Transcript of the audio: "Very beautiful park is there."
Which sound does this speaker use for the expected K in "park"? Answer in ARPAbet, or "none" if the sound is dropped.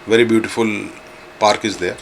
K